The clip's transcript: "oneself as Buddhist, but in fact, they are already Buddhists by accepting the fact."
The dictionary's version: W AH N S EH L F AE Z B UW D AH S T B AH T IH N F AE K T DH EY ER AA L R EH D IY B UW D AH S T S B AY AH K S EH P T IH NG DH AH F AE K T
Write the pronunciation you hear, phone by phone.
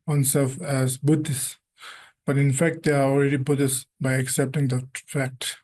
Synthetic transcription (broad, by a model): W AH N S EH L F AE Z B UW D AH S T B AH T IH N F AE K T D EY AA AA L R EH D IY B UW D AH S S B AY AH K S EH P T IH NG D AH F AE K T